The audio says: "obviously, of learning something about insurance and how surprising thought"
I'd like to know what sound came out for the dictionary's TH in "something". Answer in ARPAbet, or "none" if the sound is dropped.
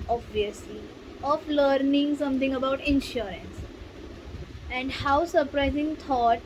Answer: T